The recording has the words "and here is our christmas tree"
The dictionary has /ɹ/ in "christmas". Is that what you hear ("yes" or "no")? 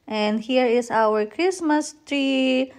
yes